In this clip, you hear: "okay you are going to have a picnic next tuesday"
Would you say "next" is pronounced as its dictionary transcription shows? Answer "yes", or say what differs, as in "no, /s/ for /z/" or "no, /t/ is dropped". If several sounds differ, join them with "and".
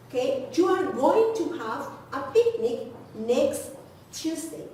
yes